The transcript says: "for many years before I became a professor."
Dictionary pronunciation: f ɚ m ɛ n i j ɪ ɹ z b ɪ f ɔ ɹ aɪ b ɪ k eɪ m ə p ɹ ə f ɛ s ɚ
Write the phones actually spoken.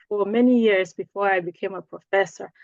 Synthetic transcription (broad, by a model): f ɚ m ɛ n i j ɪ ɹ z b ɪ f ɔ ɹ aɪ b ɪ k eɪ m ə p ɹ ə f ɛ s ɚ